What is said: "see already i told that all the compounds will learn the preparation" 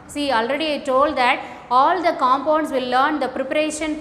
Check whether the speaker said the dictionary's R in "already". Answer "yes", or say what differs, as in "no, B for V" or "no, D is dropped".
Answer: yes